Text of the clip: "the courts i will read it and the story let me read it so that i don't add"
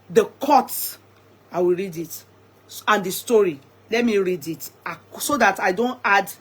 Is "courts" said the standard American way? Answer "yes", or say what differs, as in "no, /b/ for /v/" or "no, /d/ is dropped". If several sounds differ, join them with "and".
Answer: no, /s/ is dropped